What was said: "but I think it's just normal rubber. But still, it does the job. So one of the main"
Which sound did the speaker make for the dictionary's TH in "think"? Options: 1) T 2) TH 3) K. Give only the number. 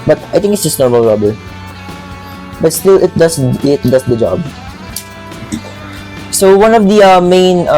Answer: 1